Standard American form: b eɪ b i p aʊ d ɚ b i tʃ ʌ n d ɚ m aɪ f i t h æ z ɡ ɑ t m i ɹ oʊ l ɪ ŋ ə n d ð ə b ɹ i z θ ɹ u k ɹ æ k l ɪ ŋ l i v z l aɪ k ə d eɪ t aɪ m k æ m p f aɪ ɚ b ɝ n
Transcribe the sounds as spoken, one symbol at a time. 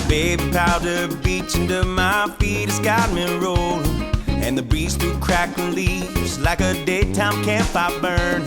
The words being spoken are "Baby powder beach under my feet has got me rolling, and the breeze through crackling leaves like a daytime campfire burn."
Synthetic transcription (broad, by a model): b eɪ b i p aʊ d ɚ b i tʃ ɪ n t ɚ m aɪ f i t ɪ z ɡ ɑ t m i ɹ oʊ ɪ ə n ð ə b ɹ i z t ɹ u k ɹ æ k ɪ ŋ l i v z l aɪ k ə d eɪ t aɪ m k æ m p aɪ b ɝ n